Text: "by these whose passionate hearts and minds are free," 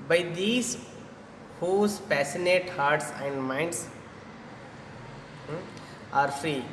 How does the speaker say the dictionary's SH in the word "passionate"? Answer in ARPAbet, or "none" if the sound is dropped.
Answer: S